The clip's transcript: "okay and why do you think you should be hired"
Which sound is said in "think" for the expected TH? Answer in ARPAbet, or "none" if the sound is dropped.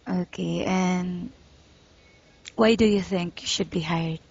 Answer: TH